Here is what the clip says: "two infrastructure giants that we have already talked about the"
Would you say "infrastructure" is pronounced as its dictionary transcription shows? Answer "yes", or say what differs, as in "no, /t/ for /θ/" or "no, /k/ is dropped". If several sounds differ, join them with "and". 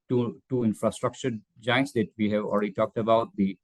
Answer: yes